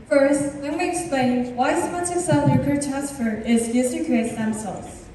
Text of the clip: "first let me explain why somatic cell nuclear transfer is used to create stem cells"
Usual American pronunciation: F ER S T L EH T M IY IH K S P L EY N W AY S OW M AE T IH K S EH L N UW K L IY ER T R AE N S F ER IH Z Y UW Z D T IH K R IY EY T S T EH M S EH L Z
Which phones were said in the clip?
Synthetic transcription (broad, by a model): F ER S T W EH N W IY IH K S P L EY N W AY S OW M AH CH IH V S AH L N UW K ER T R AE N S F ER IH Z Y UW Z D T IH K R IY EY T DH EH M S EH L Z